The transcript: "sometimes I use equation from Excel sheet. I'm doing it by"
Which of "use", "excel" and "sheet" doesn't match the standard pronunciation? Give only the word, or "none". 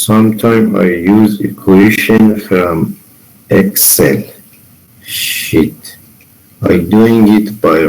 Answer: none